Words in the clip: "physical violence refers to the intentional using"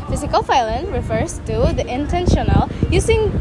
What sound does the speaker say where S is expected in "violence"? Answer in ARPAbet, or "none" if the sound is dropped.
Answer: none